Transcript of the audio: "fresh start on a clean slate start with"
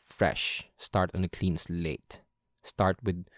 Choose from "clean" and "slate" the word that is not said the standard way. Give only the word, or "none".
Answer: none